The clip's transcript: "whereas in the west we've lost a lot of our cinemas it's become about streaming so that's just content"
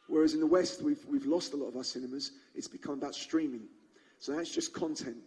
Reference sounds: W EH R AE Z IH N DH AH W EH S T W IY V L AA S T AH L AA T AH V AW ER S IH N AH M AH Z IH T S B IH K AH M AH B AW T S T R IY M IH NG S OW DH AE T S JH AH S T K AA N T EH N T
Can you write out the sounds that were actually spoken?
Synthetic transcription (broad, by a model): W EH R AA Z IH N DH AH W EH S T W IY V L AA S T AH L AA T AH V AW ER S IH N AH M AH Z IH T S B IH K AH M AH B AW T S T R IY M IH NG S OW DH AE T S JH AH S K AA N T EH N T